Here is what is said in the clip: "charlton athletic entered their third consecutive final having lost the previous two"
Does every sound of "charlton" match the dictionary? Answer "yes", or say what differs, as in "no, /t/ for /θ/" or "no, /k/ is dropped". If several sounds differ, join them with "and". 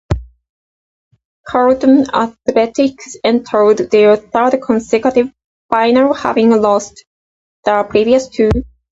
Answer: no, /l/ is dropped